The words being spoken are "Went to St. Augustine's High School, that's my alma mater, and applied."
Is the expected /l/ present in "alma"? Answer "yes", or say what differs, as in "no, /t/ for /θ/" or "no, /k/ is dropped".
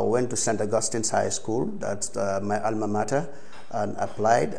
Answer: yes